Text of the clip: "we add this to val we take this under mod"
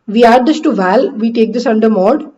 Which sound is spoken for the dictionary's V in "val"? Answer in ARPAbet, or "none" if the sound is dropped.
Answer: V